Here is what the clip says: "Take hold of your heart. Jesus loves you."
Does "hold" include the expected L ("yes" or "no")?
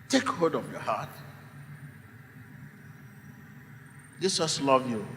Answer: no